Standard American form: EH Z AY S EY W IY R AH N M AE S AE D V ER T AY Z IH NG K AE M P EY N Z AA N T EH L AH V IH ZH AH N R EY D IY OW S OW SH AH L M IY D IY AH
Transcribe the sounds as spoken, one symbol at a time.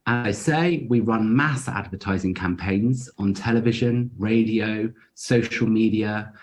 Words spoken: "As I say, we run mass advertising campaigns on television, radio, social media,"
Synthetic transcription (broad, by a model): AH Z AY S EY W IY R AH N M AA S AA D V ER T AY Z IH NG K AE M P EY N Z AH N T EH L AH V IH ZH AH N R EY D IY OW S OW SH AH L M IY D IY AH